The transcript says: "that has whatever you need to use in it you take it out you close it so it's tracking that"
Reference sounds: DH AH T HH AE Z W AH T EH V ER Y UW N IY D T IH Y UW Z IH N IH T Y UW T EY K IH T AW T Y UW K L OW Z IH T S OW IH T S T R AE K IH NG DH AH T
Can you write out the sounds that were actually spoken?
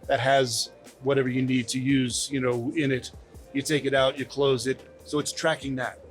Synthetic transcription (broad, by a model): DH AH T HH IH Z W AH T EH V ER Y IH N IY D T IH Y UW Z IH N IH T Y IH T EY K IH T AW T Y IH K L OW Z IH T S OW IH T S T R AE K IH NG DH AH T